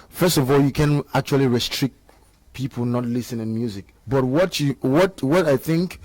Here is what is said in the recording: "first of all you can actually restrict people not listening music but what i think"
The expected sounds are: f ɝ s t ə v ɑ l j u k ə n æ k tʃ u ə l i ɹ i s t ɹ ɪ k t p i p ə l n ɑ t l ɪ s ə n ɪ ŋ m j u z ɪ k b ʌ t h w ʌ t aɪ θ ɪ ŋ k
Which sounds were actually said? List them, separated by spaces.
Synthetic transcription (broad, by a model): f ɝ s t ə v ɑ l j u k ə n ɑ k tʃ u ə l i ɹ i s t ɹ ɪ k t p i p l n ɑ t l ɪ s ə n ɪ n m j u z ɪ k b ʌ t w w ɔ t aɪ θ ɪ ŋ k